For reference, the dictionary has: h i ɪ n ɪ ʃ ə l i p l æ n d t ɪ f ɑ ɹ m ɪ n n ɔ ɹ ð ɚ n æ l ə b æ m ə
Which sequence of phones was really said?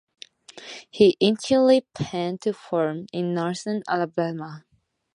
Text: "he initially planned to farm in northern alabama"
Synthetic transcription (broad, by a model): h i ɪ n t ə l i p æ n t ɪ f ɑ ɹ m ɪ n n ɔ ɹ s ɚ n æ l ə b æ m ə